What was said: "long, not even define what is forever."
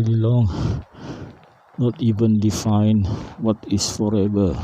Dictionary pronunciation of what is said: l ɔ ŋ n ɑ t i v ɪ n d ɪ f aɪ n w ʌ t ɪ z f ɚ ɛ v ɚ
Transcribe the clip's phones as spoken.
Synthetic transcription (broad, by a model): l ɔ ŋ n ɑ t i v ɪ n d ɪ f aɪ n w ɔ t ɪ s f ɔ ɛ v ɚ